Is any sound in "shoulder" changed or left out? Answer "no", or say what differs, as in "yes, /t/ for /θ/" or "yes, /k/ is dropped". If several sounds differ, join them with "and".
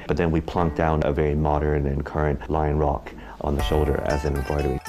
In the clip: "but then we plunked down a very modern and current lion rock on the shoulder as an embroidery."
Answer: no